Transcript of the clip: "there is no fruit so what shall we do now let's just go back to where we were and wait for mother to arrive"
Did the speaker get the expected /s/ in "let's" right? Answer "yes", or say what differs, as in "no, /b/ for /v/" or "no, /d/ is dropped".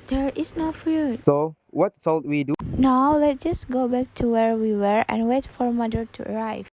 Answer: no, /s/ is dropped